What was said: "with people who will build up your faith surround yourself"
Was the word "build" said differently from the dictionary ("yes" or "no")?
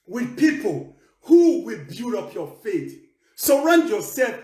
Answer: yes